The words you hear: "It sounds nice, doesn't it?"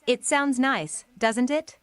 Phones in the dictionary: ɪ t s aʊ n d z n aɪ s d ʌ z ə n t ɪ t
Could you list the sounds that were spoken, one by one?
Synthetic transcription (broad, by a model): ɪ t s aʊ n d z n aɪ s d ʌ z ə n t ɪ t